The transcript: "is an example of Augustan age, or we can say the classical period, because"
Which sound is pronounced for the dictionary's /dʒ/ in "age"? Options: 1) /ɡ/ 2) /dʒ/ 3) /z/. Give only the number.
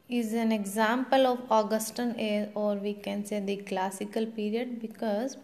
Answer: 3